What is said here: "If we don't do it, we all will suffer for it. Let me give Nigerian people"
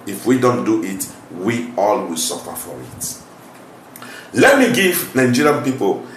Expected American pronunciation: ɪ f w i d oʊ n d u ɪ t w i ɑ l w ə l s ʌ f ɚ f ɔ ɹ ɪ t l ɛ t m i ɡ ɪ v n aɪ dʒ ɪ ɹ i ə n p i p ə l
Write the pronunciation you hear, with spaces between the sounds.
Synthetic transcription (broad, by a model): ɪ f w i d oʊ n d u ɪ t w i ɑ l w ə l s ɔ f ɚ f ɔ ɹ ɪ t l ɛ t m i ɡ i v n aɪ dʒ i ɹ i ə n p i p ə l